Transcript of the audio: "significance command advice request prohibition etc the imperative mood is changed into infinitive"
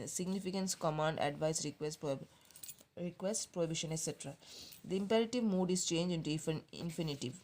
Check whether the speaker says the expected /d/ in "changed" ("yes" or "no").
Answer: no